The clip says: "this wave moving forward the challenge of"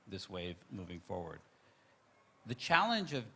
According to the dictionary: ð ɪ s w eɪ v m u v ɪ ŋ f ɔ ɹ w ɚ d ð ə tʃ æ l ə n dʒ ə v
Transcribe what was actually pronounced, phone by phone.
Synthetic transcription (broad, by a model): ð ɪ s w eɪ v m u v ɪ ŋ f ɔ ɹ w ɚ d ð ə tʃ æ l ə n dʒ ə v